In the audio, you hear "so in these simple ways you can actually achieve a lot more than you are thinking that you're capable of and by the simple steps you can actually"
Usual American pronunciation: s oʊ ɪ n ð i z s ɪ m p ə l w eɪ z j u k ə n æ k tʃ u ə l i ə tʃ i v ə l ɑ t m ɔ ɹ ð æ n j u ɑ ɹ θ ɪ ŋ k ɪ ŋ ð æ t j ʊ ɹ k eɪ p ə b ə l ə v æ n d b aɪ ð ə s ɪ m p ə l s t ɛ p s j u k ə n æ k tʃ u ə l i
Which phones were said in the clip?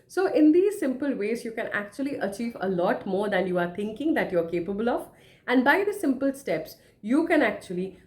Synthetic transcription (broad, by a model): s oʊ ɪ n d i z s ɪ m p ə l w eɪ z j u k ə n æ k tʃ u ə l i ə tʃ i v ə l ɑ t m ɔ ɹ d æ n j u ɑ ɹ t ɪ ŋ k ɪ ŋ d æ t j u ɹ k eɪ p ə b ə l ə v æ n d b aɪ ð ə s ɪ m p ə l s t ɛ p s j u k ə n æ k tʃ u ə l i